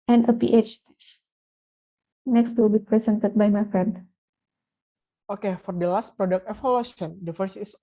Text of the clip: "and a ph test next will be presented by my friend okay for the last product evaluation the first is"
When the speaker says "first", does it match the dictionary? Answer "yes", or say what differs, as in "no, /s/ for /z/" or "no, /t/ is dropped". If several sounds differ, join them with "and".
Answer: no, /t/ is dropped